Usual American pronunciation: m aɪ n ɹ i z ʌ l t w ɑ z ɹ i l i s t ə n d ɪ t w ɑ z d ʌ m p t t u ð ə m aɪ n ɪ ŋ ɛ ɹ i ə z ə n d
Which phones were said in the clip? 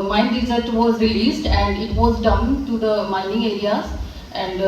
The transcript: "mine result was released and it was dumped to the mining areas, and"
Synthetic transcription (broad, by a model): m aɪ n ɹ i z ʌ t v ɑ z ɹ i l i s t ə n d ɪ t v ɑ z d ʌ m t t u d ə m aɪ n ɪ ŋ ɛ ɹ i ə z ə n d